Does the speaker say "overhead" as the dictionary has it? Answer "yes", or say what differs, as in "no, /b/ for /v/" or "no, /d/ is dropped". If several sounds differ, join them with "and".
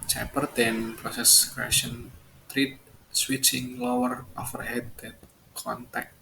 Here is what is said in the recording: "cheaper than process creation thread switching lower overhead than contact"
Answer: no, /f/ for /v/